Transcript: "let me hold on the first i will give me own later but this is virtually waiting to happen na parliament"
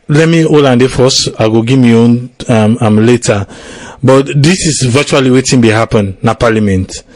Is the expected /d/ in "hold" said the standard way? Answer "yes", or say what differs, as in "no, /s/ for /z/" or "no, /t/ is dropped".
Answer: no, /d/ is dropped